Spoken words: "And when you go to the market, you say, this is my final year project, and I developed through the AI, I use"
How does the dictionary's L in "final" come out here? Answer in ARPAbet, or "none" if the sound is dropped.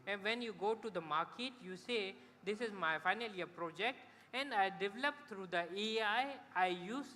L